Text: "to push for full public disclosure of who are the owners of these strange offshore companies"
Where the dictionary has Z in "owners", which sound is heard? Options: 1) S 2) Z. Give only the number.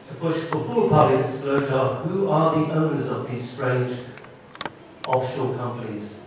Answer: 2